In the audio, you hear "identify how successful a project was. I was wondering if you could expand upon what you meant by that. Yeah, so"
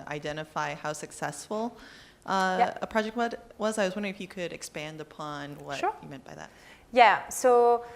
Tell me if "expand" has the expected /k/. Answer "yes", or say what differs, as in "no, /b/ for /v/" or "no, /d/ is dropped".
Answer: yes